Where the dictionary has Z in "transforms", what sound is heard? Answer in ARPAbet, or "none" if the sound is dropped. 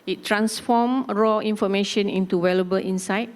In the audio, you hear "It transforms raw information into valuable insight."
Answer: none